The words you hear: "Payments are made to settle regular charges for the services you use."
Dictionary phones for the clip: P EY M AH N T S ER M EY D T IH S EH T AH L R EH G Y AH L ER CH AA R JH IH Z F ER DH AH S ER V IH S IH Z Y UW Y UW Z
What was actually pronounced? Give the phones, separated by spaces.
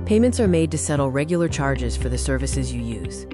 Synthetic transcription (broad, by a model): P EY M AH N T S ER M EY D T IH S EH T L R EH G Y L ER CH AA R JH IH Z F ER DH AH S ER V IH S IH Z Y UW Y UW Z